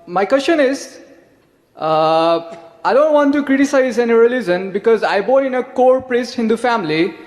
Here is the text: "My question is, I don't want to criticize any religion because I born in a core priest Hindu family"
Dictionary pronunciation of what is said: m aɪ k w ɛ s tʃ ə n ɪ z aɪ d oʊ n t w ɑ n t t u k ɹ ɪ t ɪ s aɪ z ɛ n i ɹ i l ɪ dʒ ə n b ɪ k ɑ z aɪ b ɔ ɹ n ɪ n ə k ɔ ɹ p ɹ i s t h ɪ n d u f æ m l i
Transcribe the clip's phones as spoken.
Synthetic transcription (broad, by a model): m aɪ k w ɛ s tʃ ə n ɪ z aɪ d oʊ n t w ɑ n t t u k ɹ ɪ t ɪ s aɪ z ɛ n i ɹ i l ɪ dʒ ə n b ɪ k ɑ z aɪ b ɔ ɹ ɪ n ə k ɔ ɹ p ɹ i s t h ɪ n d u f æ m l i